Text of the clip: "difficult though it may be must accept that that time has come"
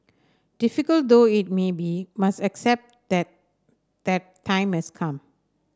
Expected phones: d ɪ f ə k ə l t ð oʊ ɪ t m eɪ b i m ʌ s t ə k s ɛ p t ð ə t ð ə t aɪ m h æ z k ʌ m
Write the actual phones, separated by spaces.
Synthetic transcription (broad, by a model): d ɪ f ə k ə l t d oʊ ɪ t m eɪ b i m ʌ s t ə k s ɛ p t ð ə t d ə t aɪ m h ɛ s k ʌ m